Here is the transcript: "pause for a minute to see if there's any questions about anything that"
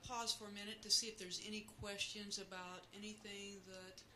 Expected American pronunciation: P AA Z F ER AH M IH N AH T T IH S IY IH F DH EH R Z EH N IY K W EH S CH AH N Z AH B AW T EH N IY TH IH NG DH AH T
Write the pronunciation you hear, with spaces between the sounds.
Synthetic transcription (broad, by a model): P AA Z F ER AH M IH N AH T T IH S IY IH F DH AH R Z EH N IY K W EH S CH AH N Z AH B AW T EH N IY TH IH NG DH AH T